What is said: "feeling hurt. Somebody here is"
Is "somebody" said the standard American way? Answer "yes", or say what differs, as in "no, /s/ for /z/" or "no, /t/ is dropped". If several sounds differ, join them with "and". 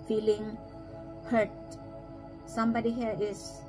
yes